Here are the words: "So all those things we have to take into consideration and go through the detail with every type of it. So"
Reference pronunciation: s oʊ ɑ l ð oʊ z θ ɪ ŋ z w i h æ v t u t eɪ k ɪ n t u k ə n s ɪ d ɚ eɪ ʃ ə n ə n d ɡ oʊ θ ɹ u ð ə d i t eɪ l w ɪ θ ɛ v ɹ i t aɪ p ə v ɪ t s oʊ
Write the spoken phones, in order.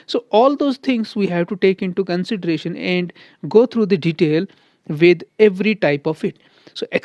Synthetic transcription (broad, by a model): s oʊ ɑ l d oʊ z t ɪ ŋ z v i h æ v t u t eɪ k ɪ n t u k ə n s ɪ d ɚ eɪ ʃ ə n ə n d ɡ oʊ t ɹ u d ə d i t eɪ l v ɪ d ɛ v ɹ i t aɪ p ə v ɪ t s oʊ